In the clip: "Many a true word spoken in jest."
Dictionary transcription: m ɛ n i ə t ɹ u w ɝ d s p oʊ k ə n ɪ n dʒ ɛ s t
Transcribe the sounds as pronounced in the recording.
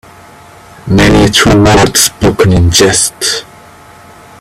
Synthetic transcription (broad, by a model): m ɛ n i ə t u w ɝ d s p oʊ k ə n ɪ n dʒ ɛ s t